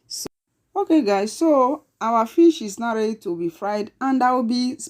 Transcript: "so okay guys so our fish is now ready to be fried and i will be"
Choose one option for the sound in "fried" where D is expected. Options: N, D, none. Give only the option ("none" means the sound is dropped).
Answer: D